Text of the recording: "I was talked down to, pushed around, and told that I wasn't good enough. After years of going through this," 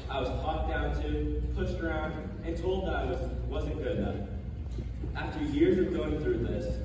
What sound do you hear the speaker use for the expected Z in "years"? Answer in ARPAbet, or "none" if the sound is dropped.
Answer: Z